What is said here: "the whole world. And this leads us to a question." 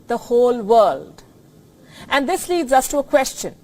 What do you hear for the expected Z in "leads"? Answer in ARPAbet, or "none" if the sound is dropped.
Z